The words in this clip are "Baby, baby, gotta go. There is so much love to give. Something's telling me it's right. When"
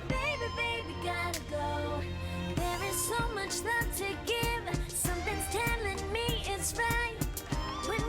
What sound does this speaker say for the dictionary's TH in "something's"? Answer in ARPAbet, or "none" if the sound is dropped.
TH